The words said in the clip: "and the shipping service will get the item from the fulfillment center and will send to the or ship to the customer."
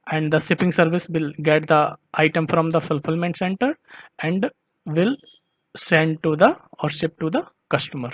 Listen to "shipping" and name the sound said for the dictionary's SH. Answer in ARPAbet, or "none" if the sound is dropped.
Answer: S